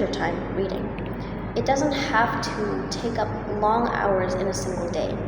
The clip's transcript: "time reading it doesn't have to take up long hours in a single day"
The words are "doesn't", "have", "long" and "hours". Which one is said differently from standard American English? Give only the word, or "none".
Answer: have